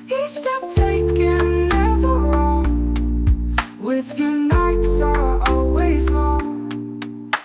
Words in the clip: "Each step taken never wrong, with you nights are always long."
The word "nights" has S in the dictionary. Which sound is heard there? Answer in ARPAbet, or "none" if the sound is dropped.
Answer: S